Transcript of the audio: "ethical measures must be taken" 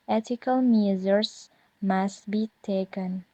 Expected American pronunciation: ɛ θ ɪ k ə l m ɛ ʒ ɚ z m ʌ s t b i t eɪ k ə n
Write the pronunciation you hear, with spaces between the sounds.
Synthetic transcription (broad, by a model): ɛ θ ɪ k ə l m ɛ z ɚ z m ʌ s t b i t eɪ k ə n